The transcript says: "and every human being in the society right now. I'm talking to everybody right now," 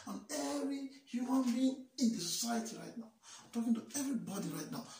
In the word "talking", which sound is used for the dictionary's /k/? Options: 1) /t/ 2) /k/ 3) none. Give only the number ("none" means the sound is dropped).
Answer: 2